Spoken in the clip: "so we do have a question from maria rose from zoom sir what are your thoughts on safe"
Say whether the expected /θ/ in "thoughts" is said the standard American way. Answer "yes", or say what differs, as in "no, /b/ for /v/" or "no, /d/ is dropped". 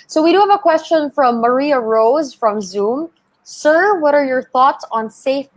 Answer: yes